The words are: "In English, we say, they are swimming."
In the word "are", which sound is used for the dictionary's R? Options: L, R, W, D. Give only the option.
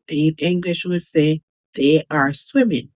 R